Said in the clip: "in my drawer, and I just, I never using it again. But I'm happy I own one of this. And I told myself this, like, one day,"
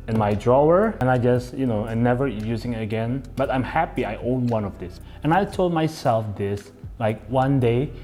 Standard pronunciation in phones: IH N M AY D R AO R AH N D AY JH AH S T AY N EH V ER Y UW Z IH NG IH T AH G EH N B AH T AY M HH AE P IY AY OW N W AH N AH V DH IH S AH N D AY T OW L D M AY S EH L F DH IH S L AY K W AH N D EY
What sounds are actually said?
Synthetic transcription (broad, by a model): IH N M AY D R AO R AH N AY JH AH S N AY N EH V ER Y UW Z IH NG IH T AH G EH N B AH T AY M HH AE P IY AY OW N W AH N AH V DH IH S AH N AY T OW L D M AY S EH L F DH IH S L AY K W AH N D EY